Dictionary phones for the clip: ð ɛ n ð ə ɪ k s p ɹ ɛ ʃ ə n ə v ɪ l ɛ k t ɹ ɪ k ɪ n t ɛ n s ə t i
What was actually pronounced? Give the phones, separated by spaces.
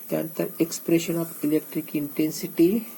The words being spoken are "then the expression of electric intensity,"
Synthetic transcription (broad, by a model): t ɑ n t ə ɪ k s p ɹ ɛ ʃ ə n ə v ɪ l ɛ k t ɹ ɪ k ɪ n t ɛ n s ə t i